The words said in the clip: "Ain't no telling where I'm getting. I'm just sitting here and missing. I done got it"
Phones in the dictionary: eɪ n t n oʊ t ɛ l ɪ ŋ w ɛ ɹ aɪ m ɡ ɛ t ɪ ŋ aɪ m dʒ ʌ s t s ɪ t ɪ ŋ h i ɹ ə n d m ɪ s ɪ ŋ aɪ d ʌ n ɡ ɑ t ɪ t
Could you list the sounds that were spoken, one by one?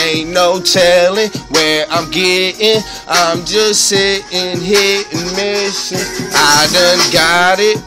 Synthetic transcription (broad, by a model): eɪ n n oʊ t ɛ l ɪ ŋ w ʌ ɹ aɪ m ɡ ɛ t ɪ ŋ aɪ m dʒ ʌ s t s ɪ t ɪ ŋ h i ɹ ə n m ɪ ʃ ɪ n aɪ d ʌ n ɡ ɑ t ɪ t